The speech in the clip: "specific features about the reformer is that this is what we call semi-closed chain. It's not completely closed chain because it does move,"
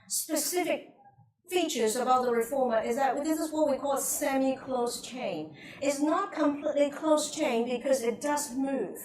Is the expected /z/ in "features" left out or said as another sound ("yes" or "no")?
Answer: no